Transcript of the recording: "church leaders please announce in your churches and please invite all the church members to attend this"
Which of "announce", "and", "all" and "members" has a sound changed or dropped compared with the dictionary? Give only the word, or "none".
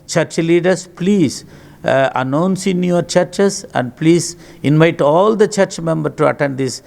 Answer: members